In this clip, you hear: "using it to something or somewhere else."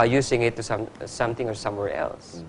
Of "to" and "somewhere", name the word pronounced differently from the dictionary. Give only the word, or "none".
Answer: to